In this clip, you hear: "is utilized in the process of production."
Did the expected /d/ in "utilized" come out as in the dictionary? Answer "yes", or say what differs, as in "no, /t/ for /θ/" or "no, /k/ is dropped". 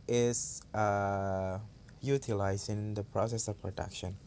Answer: no, /d/ is dropped